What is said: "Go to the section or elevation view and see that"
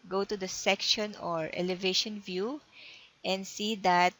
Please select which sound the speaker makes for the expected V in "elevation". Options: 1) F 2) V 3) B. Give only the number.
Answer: 2